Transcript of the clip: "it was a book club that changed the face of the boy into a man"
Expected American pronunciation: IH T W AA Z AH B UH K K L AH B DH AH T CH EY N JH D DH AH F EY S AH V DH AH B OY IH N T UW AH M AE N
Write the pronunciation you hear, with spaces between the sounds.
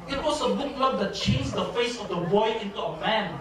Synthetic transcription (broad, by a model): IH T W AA S AH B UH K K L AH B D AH T CH EY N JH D AH F EY S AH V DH AH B OY IH N T UW AH M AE N